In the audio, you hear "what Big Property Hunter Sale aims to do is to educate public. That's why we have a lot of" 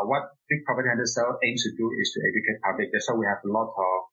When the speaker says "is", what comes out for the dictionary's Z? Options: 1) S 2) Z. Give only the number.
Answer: 1